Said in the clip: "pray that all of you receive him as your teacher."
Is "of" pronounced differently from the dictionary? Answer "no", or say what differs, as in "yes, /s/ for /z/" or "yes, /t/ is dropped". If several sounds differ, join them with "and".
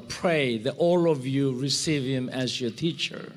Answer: no